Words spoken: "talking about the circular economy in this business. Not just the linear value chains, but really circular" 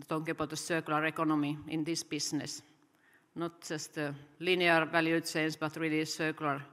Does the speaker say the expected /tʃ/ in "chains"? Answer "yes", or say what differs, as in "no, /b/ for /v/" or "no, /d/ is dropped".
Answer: no, /s/ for /tʃ/